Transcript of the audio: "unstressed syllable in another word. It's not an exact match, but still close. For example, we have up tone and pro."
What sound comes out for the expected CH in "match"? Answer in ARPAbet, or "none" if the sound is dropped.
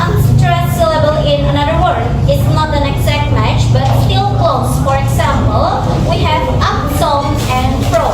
CH